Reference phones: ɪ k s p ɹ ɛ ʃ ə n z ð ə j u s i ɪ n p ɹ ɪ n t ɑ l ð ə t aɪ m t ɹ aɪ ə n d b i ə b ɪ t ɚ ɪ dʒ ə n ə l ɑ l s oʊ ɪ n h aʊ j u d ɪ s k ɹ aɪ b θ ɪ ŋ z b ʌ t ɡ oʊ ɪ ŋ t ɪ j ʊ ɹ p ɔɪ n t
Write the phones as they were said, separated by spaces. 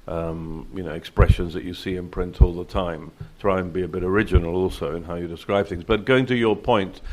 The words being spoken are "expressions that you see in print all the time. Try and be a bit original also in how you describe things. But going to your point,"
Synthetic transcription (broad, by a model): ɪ k s p ɹ ɛ ʃ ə n z ð ə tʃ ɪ s i ɪ n p ɹ ɪ n t ɑ l ð ə t aɪ m t ɹ aɪ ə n b i ə b ɪ t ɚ ɪ dʒ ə n l ɑ l s oʊ ɪ n h aʊ j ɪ d ɪ s k ɹ aɪ b θ ɪ ŋ z b ʌ t ɡ oʊ ɪ ŋ t ɪ j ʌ ɹ p ɔɪ n t